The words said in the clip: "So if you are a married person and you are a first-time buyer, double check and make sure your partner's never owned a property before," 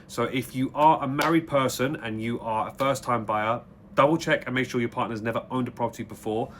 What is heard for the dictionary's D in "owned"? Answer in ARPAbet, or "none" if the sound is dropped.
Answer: D